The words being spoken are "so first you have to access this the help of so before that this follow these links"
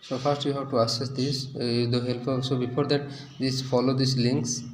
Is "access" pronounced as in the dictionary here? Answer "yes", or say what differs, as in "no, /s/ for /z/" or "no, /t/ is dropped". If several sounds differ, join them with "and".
no, /k/ is dropped